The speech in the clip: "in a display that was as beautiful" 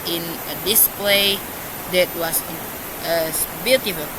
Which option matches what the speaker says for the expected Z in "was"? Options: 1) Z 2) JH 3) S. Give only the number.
3